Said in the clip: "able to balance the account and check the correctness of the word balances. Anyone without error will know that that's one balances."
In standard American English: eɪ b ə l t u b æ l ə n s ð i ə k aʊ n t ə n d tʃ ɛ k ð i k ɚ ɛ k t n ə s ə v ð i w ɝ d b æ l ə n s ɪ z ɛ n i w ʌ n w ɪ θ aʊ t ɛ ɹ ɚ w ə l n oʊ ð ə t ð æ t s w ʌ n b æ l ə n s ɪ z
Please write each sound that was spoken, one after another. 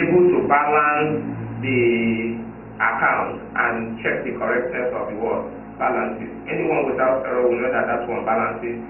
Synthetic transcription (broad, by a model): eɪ b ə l t u b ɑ l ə n s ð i ə k aʊ n t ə n tʃ ɛ k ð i k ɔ ɛ k t n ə s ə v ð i w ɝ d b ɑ l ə n s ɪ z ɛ n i w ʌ n w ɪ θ aʊ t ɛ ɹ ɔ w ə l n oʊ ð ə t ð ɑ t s w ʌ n b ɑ l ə n s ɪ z